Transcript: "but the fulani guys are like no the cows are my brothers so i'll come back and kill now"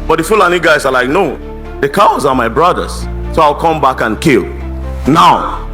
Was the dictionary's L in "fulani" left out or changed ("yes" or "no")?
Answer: no